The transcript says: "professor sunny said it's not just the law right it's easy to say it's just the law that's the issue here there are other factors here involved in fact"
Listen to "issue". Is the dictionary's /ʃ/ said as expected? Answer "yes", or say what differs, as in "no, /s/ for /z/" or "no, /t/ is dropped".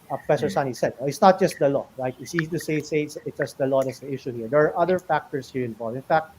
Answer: yes